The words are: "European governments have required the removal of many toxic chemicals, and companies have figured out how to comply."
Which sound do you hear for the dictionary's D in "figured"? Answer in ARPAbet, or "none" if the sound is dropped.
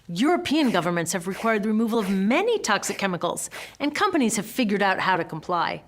D